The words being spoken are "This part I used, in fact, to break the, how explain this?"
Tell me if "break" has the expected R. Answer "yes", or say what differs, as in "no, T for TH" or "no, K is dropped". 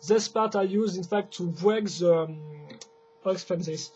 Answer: no, W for R